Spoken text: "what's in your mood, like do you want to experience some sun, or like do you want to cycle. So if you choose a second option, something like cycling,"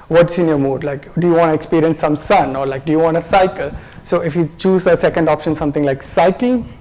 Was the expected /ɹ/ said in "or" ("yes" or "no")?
yes